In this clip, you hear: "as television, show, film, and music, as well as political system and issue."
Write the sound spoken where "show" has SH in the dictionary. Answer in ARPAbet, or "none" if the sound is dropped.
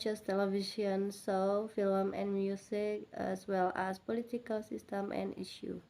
S